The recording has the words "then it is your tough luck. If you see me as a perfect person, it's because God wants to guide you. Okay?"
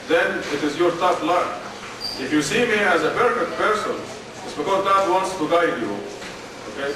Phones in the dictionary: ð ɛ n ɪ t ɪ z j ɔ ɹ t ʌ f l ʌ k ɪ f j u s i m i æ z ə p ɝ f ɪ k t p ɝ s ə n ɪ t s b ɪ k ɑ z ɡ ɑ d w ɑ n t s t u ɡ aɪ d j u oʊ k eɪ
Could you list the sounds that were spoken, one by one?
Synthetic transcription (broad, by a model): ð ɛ n ɪ t ɪ z j ɔ ɹ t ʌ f l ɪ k ɪ f j u s i m i æ z ə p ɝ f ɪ t p ɝ s ə n ɪ t s b ɪ k ɑ z ɡ ɑ d w ɑ n t s t u ɡ aɪ d j u oʊ k eɪ